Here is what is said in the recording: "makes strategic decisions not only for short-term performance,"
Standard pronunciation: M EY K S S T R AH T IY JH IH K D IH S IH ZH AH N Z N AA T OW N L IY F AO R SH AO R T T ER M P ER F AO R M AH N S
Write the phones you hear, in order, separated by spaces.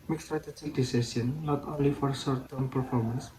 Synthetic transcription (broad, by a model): M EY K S S T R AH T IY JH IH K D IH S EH S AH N N AA T OW N L IY F AO R S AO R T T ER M P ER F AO R M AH N S